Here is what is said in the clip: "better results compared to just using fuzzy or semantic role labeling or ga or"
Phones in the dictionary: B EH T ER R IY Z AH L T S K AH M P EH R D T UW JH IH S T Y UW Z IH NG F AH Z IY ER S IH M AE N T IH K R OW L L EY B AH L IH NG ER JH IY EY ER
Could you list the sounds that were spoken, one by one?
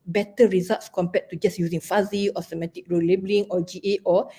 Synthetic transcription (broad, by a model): B EH T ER R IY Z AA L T S K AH M P EH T T UW JH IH S Y UW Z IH NG F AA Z IY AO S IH M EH T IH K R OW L L EY B AH L IH NG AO JH IY EY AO